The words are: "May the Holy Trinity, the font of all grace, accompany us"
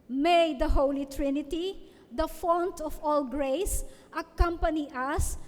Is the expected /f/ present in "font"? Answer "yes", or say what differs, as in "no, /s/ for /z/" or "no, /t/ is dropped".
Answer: yes